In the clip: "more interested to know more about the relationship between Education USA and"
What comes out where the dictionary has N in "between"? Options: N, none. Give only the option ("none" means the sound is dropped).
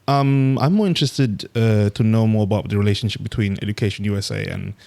N